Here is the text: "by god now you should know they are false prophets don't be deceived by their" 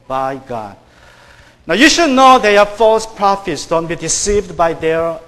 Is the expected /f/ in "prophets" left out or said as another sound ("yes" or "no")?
no